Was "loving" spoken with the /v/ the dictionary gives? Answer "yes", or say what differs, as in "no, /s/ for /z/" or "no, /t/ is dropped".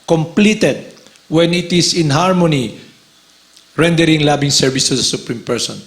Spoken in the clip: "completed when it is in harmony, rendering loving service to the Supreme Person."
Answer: no, /b/ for /v/